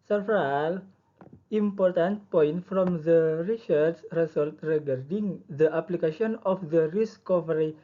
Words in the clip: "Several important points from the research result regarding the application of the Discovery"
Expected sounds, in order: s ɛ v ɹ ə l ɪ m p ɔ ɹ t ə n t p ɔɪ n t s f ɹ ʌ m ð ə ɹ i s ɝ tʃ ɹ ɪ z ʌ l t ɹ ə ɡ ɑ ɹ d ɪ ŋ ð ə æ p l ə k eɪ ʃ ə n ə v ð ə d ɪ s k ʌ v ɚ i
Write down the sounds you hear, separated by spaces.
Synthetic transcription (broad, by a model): s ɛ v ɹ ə l ɪ m p ɔ ɹ t ə n t p ɔɪ n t f ɹ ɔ m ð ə ɹ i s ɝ s ɹ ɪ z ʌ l t ɹ ə ɡ ɑ ɹ d ɪ ŋ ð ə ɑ p l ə k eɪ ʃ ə n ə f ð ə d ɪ s k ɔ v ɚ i